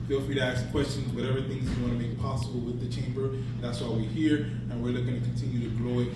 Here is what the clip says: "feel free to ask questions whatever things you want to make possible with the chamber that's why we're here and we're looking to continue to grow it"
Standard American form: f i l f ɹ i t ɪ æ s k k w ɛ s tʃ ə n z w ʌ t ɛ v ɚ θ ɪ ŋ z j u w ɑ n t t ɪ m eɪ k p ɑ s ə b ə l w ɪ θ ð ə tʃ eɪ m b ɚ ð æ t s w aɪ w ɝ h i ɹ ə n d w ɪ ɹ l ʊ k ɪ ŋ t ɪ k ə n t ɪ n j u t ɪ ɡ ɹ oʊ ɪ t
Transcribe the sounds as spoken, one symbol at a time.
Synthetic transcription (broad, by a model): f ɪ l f i t ɪ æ s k k w ɛ s tʃ ə n z w ʌ t ɛ v ɚ θ ɪ ŋ z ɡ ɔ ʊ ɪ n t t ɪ m eɪ k p ɑ s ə b l w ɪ ð ə tʃ eɪ m b ɚ ð æ t s w aɪ w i h i ɹ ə n w ɪ ɹ l ʊ k ɪ ŋ t ɪ k n t ɪ n j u t ɪ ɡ l oʊ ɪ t